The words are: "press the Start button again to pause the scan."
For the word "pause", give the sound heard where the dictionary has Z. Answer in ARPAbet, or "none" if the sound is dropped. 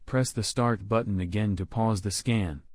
Z